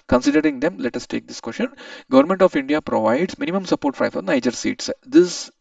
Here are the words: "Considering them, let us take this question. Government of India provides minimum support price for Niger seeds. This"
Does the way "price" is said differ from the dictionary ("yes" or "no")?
yes